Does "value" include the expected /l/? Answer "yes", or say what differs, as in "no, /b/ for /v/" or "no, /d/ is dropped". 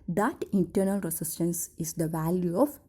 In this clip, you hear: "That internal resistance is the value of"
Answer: yes